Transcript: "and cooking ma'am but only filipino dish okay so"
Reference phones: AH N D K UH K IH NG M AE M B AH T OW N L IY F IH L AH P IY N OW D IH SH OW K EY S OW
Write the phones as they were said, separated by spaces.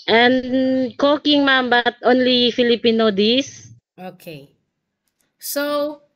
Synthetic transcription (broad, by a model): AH N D K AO K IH NG M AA M B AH T OW N L IY F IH L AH P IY N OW D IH S OW K EY S OW